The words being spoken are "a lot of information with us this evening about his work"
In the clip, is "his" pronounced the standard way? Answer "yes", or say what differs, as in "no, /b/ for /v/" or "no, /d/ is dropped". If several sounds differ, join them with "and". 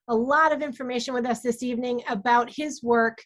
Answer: yes